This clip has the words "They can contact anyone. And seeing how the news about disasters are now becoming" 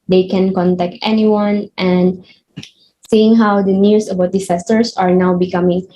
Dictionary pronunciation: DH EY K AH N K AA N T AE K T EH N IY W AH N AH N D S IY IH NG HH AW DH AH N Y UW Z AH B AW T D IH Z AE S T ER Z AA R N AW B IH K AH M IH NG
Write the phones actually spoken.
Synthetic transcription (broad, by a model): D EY K AH N K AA N T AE K T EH N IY W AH N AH N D S IY IH NG HH AW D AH N Y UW S AH B AW T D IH S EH S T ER S AA R N AW B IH K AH M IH NG